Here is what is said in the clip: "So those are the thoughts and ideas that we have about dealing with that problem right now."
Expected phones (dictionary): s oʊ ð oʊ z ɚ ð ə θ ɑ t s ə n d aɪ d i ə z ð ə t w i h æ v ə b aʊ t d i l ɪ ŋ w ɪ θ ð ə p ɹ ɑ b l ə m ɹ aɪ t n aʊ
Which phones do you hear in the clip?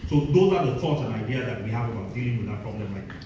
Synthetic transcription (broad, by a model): s oʊ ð oʊ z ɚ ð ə s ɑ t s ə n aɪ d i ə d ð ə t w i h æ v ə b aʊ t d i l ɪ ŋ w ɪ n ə p ɹ ɑ b l ə m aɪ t